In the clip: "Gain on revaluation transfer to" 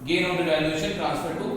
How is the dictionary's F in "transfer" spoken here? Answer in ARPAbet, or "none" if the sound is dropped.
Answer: P